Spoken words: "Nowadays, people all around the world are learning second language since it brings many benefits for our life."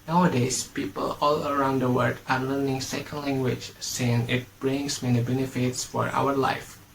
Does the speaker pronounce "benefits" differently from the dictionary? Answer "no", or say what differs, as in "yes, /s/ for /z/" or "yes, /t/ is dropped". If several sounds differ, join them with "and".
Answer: no